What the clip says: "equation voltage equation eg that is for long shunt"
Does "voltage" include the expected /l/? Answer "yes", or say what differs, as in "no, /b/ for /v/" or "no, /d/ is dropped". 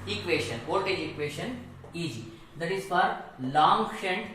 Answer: no, /l/ is dropped